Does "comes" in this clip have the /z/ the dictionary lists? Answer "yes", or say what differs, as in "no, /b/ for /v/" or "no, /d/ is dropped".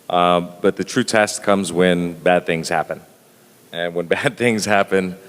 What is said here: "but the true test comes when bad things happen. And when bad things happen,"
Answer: yes